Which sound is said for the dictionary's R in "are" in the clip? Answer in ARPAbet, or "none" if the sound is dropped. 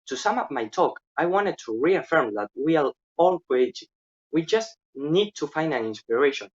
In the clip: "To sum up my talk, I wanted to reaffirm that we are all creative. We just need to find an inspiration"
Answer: L